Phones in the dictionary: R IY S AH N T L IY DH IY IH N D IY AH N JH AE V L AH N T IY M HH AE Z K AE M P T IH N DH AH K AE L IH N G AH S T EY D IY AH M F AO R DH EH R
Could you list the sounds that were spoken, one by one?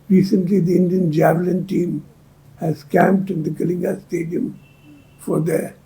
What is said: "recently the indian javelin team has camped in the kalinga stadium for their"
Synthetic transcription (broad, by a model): R IY S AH N T L IY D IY IH N D IY AH N JH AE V L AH N T IY M HH AE Z K AE M P T IH N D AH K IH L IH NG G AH S T EY D IY AH M F AO R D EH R